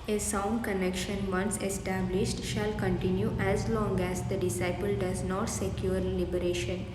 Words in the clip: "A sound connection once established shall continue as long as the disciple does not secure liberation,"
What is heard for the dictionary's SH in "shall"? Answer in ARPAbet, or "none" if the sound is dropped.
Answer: SH